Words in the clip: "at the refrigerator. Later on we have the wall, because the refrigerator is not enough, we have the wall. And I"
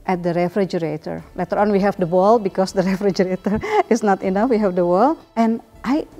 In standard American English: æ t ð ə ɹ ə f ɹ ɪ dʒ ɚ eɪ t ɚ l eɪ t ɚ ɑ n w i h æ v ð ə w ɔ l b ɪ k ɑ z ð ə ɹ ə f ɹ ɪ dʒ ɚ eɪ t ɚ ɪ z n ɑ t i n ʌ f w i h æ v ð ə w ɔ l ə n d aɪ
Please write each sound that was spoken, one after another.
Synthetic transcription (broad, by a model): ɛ t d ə ɹ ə f ɹ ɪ dʒ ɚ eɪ t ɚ l eɪ t ɚ ɑ n w i h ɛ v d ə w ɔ l b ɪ k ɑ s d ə ɹ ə f ɹ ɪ dʒ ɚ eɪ t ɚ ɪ s n ɑ t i n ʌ f w i h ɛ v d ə w ɔ l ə n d aɪ